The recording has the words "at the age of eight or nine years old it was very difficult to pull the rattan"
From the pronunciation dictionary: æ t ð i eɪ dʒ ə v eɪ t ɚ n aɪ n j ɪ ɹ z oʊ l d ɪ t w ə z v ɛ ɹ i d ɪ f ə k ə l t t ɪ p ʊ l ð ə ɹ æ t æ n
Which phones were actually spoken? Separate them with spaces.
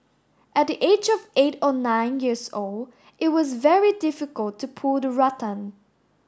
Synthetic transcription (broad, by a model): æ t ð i eɪ dʒ ə v eɪ t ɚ n aɪ n j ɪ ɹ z oʊ l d ɪ t w ə z v ɛ ɹ i d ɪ f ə k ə l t t ɪ p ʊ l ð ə ɹ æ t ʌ n